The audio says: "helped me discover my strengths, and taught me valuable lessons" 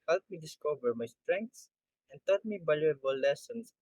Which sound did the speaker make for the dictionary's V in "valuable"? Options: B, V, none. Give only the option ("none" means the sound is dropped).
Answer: B